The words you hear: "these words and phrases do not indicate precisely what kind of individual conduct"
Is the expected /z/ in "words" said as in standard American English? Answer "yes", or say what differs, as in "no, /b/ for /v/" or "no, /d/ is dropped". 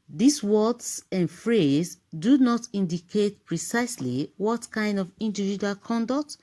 no, /s/ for /z/